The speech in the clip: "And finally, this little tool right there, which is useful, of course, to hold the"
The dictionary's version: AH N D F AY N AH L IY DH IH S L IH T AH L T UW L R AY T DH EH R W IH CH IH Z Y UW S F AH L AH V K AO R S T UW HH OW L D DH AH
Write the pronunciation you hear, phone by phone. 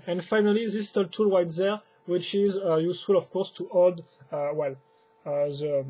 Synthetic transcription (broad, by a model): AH N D F AY N AH L IY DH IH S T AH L T UW L W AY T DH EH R W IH CH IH Z Y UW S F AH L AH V K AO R S T UW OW L D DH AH